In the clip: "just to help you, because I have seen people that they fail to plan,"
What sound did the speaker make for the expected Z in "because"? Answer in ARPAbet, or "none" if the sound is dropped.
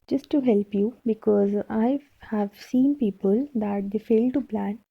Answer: Z